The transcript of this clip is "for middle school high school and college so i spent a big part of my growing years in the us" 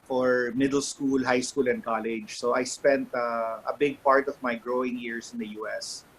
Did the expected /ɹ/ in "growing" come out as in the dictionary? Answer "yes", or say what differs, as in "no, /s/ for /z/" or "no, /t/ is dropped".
yes